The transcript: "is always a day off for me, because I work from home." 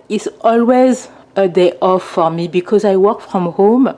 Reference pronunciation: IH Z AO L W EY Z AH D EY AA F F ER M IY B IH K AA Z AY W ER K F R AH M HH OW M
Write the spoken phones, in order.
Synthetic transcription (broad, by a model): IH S AO L W EY Z AH D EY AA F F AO M IY B IH K AA Z AY W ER K F R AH M HH OW M